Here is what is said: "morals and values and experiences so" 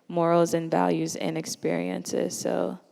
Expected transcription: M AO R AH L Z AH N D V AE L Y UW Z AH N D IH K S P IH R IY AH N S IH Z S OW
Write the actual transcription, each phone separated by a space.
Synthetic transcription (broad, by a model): M AO R L Z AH N V AE L Y UW Z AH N IH K S P IH R IY AH N S IH Z S OW